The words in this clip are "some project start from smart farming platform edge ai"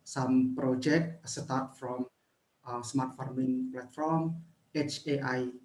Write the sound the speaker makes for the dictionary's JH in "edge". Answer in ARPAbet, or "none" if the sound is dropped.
CH